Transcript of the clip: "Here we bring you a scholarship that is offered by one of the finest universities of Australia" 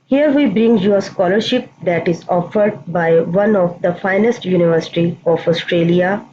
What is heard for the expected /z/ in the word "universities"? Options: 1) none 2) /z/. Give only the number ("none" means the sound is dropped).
1